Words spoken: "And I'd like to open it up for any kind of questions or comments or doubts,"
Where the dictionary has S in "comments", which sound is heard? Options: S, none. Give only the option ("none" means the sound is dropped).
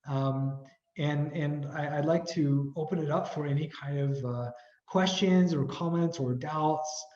S